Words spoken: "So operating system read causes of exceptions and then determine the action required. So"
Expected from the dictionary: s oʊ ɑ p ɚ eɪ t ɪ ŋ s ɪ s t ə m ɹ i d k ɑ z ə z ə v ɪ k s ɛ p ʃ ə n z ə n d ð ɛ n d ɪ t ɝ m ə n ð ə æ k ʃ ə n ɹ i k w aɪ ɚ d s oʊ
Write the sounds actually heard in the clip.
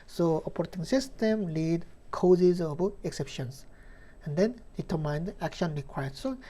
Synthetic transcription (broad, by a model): s oʊ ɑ p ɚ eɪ t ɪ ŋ s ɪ s t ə m l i d k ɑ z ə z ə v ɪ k s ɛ p ʃ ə n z ə n d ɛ n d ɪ t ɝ m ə n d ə æ k ʃ ə n ɹ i k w aɪ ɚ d s oʊ